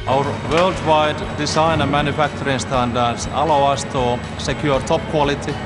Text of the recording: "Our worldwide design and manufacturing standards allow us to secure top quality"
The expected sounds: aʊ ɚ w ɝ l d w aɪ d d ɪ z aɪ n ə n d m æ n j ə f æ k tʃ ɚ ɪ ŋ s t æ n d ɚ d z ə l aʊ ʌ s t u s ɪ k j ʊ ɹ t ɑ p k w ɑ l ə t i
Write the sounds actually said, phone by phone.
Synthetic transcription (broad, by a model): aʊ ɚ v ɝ l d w aɪ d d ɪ s aɪ n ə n m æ n j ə f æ k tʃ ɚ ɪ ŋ s t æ n d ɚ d s ə l aʊ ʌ s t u s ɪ k j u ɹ t ɑ p k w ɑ l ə t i